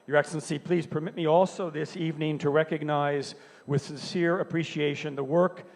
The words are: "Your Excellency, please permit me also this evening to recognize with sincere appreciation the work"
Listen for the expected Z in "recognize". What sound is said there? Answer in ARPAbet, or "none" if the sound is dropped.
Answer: Z